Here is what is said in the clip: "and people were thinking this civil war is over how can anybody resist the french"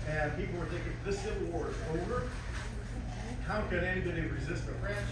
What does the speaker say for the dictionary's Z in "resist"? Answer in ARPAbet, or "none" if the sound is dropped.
Z